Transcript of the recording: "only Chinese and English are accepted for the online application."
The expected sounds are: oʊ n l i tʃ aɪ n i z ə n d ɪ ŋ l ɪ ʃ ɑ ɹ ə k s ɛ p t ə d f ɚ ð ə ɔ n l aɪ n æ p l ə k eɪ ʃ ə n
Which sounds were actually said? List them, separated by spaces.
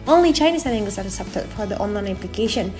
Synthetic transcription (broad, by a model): oʊ n l i tʃ aɪ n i s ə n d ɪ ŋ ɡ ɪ s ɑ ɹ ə s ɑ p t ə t f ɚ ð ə ɔ n l aɪ n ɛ p l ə k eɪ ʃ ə n